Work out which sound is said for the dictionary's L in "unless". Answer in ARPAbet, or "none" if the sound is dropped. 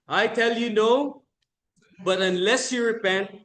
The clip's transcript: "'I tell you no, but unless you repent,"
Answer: L